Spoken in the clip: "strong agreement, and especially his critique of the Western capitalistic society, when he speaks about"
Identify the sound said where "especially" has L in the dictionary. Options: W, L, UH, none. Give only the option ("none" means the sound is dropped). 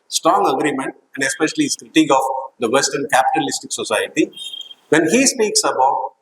none